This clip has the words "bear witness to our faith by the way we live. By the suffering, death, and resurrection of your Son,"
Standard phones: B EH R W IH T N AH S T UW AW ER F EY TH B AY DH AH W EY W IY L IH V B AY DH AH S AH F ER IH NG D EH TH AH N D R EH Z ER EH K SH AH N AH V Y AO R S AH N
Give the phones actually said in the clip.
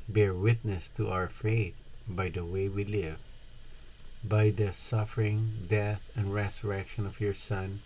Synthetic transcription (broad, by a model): B EH R W IH T N AH S T UW AW ER F EY T B AY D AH W EY W IY L IH V B AY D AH S AH F ER IH NG D EH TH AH N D R EH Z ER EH K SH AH N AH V Y AO R S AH N